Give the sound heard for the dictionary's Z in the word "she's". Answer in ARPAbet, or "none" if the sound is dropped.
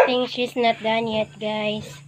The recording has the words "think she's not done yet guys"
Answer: S